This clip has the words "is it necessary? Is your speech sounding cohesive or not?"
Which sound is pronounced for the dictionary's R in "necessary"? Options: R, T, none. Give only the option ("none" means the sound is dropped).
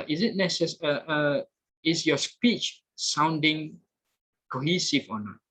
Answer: none